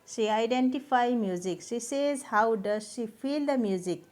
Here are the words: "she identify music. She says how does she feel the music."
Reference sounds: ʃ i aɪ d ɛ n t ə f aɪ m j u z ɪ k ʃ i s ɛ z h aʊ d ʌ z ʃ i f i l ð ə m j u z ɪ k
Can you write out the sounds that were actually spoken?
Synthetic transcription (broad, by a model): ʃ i aɪ d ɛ n t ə p aɪ m j u z ɪ k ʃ i s ɛ z h aʊ d ʌ z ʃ i p i l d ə m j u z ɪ k